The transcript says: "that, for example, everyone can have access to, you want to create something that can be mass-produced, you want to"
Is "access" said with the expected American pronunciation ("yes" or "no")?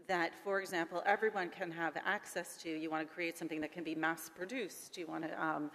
yes